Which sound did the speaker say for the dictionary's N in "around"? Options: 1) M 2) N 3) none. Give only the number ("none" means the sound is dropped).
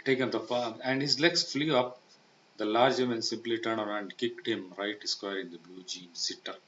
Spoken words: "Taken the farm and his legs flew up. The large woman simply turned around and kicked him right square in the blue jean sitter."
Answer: 3